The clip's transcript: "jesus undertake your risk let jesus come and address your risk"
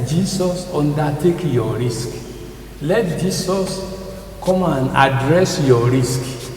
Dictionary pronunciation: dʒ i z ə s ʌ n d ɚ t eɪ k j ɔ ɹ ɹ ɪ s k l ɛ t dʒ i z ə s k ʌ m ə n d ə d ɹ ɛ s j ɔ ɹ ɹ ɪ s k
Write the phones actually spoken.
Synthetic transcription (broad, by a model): dʒ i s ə s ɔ n d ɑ t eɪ k j ɔ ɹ ɹ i s k l ɛ t dʒ i s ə s k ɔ m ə n ə d ɹ ɛ s j ɔ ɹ ɹ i s k